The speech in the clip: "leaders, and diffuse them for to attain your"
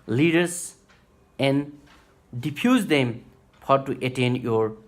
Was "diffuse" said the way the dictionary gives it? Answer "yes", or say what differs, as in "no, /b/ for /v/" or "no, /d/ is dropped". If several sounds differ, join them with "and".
no, /p/ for /f/